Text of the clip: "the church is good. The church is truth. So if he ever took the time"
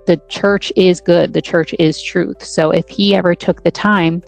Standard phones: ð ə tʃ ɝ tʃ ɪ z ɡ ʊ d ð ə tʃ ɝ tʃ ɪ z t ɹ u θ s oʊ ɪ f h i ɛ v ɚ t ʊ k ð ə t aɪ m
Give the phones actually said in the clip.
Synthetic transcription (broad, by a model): ð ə tʃ ɝ tʃ ɪ z ɡ ʊ d ð ə tʃ ɝ tʃ ɪ z t ɹ u θ s oʊ ɪ f h i ɛ v ɚ t ʊ k ð ə t aɪ m